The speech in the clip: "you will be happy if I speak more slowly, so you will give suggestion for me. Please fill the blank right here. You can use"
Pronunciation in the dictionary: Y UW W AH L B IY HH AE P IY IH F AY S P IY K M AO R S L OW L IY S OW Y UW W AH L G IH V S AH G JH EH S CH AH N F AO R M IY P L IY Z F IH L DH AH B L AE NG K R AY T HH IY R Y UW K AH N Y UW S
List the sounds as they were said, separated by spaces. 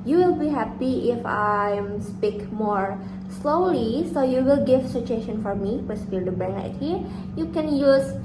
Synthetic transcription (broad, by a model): Y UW W AH L B IY HH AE P IY IH F AY S P IY K M AO R S L OW L IY S OW Y UW W AH L G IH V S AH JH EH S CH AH N F AO R M IY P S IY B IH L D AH B AE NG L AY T HH IY R Y UW K AH N Y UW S